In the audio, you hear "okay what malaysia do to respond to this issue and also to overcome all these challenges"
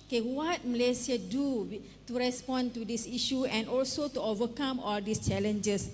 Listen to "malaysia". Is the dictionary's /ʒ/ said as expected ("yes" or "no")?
no